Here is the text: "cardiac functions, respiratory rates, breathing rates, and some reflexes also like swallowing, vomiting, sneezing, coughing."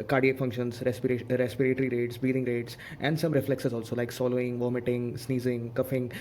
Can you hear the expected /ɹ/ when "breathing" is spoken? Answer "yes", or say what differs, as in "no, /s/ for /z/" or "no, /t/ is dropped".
no, /ɹ/ is dropped